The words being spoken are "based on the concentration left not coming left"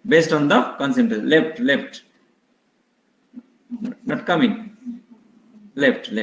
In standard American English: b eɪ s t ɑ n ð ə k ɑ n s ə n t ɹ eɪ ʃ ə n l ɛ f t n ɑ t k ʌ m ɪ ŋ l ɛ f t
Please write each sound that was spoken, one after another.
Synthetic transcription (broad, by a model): b eɪ s t ɑ n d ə k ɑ n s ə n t l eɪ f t l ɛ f t n ɑ t k ʌ m ɪ ŋ l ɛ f t